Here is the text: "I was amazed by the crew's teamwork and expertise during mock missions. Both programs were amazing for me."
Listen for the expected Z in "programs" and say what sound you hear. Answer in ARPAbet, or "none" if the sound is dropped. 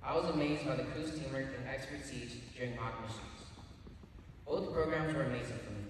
Z